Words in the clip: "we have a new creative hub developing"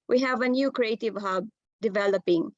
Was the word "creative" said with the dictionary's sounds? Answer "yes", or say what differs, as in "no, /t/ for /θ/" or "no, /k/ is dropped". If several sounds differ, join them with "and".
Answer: yes